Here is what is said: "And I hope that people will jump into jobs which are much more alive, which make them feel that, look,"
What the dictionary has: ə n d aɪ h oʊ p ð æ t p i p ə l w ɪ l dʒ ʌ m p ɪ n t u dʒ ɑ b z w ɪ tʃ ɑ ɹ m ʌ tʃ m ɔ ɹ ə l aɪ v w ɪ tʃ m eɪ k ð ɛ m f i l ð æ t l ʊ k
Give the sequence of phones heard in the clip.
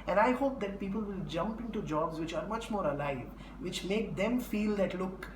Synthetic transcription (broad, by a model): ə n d aɪ h oʊ p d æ t p i p ə l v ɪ l dʒ ʌ m p ɪ n t u dʒ ɑ b z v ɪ tʃ ɑ ɹ m ʌ tʃ m ɔ ɹ ə l aɪ v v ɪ tʃ m eɪ k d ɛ m f i l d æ t l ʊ k